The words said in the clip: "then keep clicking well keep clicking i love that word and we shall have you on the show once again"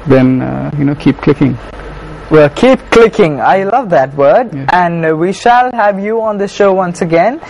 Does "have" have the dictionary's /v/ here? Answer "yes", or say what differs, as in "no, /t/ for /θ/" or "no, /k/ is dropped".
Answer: yes